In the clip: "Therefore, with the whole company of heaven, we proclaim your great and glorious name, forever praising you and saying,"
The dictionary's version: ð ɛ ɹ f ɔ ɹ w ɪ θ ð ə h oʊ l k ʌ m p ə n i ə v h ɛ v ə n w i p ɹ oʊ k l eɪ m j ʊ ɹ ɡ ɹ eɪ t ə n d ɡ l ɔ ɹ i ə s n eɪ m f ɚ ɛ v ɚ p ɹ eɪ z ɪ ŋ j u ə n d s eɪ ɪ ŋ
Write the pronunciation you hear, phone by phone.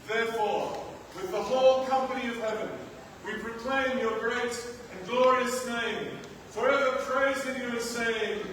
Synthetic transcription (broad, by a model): ð ɛ ɹ f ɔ ɹ w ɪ ð ə h oʊ l k ʌ m p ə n i ə v h ɛ v ə n w i p ɹ oʊ k l eɪ m j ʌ ɹ ɡ ɹ eɪ t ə n ɡ l ɔ ɹ i ə s n eɪ m f ɚ ɛ v ɚ p ɹ eɪ z ɪ ŋ j u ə s eɪ ɪ ŋ